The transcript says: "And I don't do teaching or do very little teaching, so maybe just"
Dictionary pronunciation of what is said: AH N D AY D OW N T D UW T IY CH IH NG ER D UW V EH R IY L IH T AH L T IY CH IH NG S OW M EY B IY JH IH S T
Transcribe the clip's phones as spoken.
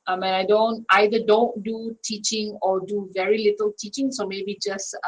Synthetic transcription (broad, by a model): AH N D AY D OW N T D UW T IY CH IH NG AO D UW V EH R IY L IH T AH L T IY CH IH NG S OW M EY B IY JH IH S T